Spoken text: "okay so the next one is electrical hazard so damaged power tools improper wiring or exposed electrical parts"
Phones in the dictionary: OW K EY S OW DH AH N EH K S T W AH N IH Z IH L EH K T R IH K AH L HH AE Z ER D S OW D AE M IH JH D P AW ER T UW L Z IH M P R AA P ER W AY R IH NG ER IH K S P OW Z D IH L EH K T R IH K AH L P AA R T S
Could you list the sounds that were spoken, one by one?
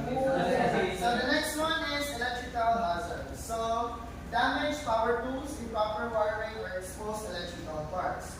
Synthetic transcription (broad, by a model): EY S OW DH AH N EH K S T W AH N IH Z IH L EH K T R IH K AH L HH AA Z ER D S OW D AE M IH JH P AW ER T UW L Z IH P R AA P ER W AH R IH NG ER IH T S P OW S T IH L EH K T R IH K AH L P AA R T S